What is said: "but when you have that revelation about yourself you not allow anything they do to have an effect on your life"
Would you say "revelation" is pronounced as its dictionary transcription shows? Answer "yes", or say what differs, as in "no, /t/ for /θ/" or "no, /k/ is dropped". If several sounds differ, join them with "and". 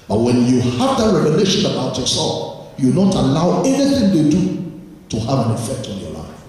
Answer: no, /n/ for /l/